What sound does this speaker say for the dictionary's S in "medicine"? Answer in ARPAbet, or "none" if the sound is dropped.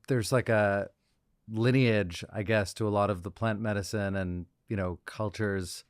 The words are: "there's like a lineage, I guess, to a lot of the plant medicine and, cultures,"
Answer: S